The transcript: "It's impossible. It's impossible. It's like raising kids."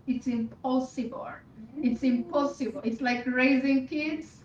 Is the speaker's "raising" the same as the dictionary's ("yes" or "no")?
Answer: yes